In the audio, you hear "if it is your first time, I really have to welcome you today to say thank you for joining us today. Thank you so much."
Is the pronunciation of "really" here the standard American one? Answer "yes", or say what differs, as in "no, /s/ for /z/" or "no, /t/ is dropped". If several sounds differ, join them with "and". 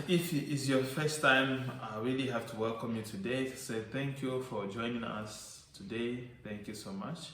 yes